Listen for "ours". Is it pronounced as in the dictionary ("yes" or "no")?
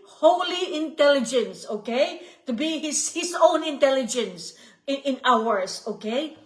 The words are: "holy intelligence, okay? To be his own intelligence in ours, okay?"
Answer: no